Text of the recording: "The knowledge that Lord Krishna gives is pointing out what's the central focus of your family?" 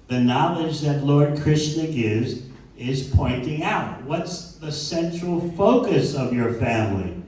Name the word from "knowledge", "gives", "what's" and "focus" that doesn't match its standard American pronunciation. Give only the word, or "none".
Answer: none